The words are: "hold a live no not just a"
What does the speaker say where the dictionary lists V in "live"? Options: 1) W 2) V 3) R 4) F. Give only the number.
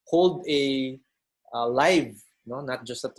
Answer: 2